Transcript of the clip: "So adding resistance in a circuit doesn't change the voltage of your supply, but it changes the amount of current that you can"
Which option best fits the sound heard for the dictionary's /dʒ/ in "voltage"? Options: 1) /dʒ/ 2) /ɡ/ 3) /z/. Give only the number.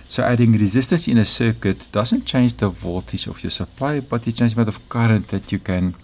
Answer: 3